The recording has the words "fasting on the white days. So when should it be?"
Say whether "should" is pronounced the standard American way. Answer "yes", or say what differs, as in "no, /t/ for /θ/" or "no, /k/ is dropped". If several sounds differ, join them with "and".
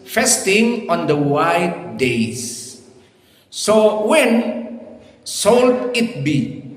no, /s/ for /ʃ/